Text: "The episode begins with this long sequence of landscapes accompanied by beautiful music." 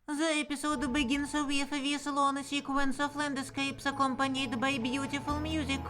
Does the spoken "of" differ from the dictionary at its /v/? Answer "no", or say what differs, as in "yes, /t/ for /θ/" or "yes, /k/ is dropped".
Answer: yes, /f/ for /v/